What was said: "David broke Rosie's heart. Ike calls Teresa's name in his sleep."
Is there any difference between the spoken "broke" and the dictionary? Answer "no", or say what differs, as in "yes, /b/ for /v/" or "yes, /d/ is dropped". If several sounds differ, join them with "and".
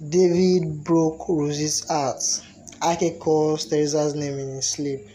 no